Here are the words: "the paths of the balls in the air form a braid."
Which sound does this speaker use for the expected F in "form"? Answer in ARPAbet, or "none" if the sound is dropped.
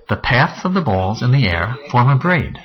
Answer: F